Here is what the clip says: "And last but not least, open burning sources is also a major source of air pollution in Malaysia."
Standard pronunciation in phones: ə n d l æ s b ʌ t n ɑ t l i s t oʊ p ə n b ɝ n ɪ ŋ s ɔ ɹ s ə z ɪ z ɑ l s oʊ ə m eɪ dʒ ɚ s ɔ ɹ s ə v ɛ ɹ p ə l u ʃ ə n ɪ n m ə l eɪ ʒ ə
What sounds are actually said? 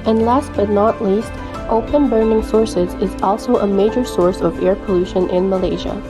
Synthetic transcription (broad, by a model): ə n l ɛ s b ʌ t n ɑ t l i s t oʊ p ə n b ɝ n ɪ ŋ s ɔ ɹ s ə z ɪ z ɑ l s oʊ ə m eɪ dʒ ɚ s ɔ ɹ s ə v ɛ ɹ p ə l u ʃ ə n ɪ n m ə l eɪ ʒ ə